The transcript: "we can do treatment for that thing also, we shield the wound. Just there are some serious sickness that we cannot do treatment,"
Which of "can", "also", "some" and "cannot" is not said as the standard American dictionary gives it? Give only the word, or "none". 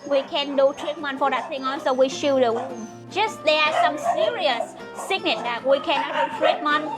also